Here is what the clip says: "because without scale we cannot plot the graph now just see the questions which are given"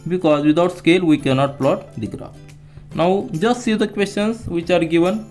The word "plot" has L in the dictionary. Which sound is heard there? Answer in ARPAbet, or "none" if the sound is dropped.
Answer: L